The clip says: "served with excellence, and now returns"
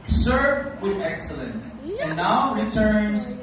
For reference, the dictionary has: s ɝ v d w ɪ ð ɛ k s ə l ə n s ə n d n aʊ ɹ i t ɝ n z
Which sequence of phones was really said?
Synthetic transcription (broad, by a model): s ɝ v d w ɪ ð ɛ k s ə l ə n s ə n n aʊ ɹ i t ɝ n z